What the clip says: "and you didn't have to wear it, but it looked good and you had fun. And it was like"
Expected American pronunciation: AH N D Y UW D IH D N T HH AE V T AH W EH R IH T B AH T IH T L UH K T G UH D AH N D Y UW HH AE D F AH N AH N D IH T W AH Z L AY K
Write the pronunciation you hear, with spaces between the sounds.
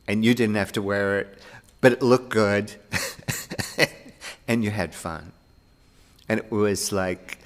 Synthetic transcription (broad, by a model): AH N Y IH D IH D N T HH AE F T AH W EH R IH T B AH T IH T L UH K G UH D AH N Y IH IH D F AH N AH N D IH T W AH Z L AY K